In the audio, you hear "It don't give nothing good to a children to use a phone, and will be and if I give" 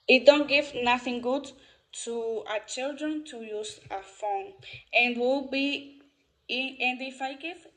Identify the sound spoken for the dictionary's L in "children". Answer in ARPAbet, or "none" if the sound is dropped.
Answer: L